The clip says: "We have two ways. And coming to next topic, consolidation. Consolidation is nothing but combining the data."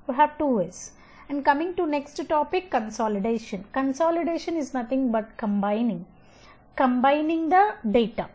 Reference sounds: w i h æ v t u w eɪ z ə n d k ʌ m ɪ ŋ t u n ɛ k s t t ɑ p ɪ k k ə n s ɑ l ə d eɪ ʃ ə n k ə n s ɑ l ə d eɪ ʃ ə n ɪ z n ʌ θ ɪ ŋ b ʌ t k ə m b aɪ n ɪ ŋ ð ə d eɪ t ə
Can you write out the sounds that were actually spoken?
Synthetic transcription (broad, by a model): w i h æ v t u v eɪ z ə n d k ʌ m ɪ ŋ t u n ɛ k s t t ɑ p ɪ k k ə n s ɑ l ə d eɪ ʃ ə n k ə n s ɑ l ə d eɪ ʃ ə n ɪ z n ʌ t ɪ ŋ b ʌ t k ə m b aɪ n ɪ ŋ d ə d eɪ t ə